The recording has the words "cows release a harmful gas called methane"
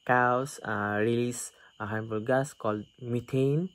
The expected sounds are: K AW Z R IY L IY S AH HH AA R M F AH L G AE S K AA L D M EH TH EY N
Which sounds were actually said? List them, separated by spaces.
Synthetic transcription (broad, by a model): K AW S R IY L IY S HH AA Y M P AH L G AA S K AA L D M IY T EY N